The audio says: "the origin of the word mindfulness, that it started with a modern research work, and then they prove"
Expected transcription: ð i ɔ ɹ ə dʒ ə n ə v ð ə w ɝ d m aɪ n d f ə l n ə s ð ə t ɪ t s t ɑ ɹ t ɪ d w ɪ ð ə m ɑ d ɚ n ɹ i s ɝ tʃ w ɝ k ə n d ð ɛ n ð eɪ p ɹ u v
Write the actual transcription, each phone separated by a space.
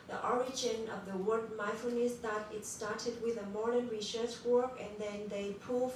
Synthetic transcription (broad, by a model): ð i ɔ ɹ ə dʒ ə n ə v ð ə w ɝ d m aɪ f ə n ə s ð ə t ɪ t s t ɑ ɹ t ɪ d w ɪ ð ə m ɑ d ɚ n ɹ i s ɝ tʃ w ɝ k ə n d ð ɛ n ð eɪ p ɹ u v